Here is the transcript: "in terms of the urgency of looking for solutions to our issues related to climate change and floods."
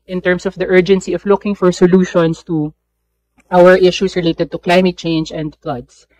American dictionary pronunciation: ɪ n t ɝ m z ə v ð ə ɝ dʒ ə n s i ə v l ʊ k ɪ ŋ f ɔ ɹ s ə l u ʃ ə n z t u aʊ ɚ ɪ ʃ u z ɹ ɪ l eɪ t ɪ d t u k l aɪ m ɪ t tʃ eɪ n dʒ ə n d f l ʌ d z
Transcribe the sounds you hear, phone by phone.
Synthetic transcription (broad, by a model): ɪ n t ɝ m s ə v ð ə ɝ dʒ ə n s i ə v l ʊ k ɪ ŋ f ɔ ɹ s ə l u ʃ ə n s t u aʊ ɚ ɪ ʃ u s ɹ ɪ l eɪ t ɪ d t u k l aɪ m ɪ t tʃ eɪ n dʒ ə n d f l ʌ d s